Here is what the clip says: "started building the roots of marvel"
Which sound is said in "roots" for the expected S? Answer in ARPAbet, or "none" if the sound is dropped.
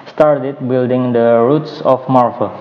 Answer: S